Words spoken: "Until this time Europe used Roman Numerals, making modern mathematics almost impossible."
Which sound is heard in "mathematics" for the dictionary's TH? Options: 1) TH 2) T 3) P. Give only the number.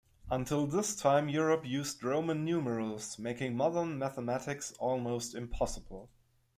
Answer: 1